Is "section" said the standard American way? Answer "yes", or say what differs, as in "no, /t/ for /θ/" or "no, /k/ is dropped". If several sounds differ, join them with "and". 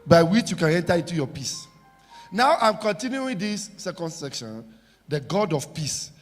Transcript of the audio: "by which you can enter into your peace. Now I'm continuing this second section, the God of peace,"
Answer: yes